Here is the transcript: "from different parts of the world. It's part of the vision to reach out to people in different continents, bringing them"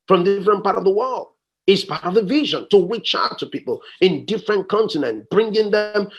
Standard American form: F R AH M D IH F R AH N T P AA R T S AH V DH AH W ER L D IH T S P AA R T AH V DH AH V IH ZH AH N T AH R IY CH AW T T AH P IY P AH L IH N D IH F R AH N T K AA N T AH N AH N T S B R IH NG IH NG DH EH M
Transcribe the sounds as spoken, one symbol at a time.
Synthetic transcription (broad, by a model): F R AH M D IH F R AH N P AA R T AH V DH AH W ER L D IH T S P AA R T AH V DH AH V IH ZH AH N T AH W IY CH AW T T AH P IY P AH L IH N D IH F R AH N K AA N T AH N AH N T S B R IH NG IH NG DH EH M